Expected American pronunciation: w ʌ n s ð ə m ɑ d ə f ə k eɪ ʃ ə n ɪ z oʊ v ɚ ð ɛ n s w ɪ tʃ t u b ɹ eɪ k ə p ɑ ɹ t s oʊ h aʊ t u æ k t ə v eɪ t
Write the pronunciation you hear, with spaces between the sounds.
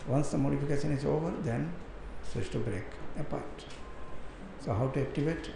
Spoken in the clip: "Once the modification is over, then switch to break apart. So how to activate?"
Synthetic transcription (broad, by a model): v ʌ n s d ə m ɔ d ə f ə k eɪ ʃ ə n ɪ z oʊ v ɚ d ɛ n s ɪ s t u b ɹ eɪ k ə p ɑ ɹ t s oʊ h aʊ t u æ k t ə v eɪ t